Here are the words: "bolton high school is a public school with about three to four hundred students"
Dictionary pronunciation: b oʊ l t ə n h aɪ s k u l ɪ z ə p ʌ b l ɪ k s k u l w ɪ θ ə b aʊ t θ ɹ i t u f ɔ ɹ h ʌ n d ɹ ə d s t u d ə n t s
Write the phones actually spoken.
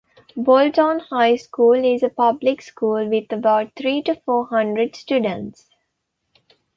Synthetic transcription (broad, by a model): b oʊ l t ə n h aɪ s k u l ɪ z ə p ʌ b l ɪ k s k u l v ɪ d ə b aʊ t t ɹ i t u f ɔ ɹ h ʌ n d ɹ ə d s t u d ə n t s